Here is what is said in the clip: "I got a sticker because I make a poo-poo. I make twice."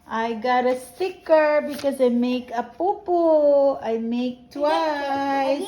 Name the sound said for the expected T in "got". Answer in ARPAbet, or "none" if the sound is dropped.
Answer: T